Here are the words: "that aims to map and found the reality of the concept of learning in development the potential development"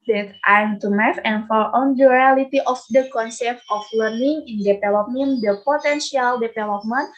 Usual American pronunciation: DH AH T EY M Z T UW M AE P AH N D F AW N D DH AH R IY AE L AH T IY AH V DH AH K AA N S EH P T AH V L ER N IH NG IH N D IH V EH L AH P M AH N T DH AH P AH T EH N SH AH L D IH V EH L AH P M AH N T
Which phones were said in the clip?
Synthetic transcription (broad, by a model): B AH T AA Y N T UW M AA F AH N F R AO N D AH R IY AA L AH T IY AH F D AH K AA N S EH P T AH F L ER N IH NG IH N D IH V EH L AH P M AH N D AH P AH T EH N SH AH L D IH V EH L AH P M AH N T